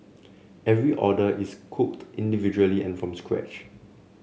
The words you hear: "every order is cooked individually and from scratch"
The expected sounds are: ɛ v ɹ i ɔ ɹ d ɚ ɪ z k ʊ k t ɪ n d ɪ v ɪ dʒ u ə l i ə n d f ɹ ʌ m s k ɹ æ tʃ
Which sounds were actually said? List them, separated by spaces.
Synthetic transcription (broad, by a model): ɛ v ɹ i ɔ d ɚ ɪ s k ʊ k t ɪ n d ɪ v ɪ dʒ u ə l i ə n f ɹ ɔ m s k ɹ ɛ tʃ